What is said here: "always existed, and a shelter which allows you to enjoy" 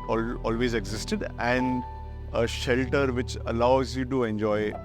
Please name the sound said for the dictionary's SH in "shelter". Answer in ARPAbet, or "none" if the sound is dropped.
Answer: SH